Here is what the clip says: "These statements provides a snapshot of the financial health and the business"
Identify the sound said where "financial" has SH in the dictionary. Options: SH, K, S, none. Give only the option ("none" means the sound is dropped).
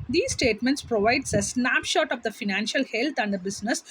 SH